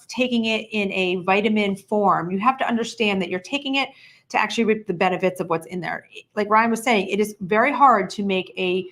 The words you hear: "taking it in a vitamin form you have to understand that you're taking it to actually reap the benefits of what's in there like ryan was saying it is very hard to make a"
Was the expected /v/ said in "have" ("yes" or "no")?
no